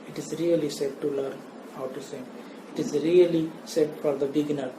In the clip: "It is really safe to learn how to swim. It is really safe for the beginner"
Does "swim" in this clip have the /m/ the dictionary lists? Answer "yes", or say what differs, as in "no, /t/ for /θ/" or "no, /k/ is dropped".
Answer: no, /m/ is dropped